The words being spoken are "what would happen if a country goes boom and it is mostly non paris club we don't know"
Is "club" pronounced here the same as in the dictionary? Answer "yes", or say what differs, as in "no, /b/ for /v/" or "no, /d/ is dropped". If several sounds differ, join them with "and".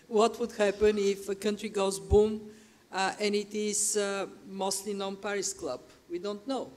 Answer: yes